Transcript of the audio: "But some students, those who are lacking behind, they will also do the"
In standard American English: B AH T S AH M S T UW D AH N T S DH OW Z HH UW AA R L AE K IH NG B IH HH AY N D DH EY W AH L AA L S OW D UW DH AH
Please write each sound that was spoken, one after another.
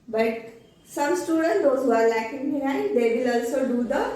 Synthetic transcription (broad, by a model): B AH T S AH M S T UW D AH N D OW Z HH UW AA R L AE K IH NG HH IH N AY D EY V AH L AA L S OW D UW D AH